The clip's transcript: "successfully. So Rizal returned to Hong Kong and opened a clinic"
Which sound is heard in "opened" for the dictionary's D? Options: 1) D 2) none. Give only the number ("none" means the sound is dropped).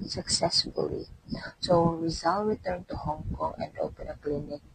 2